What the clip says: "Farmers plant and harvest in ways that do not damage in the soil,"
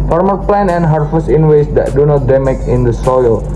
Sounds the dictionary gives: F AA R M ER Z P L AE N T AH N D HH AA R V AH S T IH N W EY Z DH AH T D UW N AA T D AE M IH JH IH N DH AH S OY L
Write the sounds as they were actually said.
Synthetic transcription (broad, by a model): F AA R M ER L P L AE N AH N HH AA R F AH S IH N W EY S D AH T D UW N AA T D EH M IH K IH N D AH S OY L